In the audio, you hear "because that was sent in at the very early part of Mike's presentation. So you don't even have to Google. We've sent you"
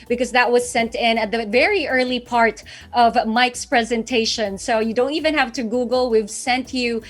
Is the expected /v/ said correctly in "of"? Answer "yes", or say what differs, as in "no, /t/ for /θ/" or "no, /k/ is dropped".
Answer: yes